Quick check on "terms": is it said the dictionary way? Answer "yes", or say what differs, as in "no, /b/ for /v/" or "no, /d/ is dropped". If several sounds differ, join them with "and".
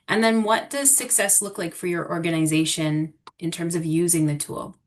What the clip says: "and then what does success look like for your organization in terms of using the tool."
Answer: yes